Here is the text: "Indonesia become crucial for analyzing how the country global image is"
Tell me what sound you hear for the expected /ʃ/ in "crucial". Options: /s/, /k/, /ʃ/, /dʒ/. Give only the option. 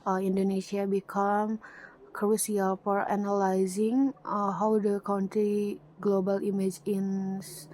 /s/